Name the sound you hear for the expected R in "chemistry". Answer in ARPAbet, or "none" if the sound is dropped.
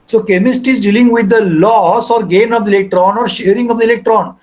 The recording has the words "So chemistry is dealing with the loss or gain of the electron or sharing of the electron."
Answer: none